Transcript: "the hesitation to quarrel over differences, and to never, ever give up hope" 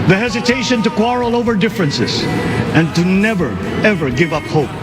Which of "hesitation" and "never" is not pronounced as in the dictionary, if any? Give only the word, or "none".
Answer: none